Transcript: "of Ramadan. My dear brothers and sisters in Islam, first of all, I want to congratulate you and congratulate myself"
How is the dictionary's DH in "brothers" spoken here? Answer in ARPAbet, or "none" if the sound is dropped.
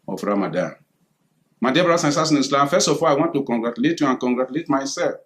none